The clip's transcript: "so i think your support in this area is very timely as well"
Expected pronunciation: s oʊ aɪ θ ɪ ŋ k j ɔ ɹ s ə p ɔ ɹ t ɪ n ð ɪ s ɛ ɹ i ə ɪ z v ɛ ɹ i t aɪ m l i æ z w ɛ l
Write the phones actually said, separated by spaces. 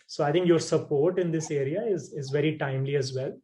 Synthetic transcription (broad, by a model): s oʊ aɪ t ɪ ŋ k j ɔ ɹ s ə p ɔ ɹ t ɪ n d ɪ s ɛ ɹ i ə ɪ z v ɛ ɹ i t aɪ m l i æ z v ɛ l